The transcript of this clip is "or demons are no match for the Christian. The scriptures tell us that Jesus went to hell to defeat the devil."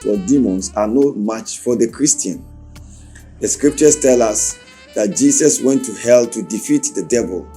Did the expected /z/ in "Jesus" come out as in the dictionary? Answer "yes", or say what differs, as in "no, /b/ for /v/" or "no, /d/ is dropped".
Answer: no, /s/ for /z/